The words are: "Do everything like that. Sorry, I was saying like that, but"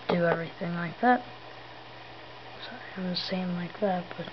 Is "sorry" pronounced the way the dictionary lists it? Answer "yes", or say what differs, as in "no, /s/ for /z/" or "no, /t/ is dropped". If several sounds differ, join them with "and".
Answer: no, /ɹ/ is dropped